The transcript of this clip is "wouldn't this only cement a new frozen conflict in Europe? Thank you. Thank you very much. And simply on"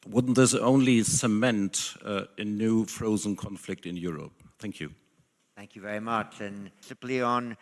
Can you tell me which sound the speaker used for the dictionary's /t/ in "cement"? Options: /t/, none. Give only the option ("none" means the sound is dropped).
/t/